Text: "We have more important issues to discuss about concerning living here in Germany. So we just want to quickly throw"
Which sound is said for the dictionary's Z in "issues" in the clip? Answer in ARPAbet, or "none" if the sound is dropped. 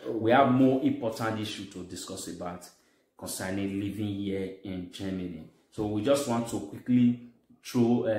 none